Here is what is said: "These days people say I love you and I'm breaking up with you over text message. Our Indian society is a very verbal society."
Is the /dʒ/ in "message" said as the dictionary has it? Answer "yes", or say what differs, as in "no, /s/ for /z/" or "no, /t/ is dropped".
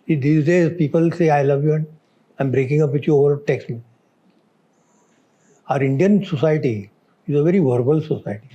no, /dʒ/ is dropped